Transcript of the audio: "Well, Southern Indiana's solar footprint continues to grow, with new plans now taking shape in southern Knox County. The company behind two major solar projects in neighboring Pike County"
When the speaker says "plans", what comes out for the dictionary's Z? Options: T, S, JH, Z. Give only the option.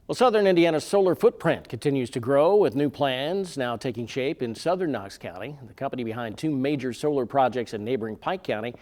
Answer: Z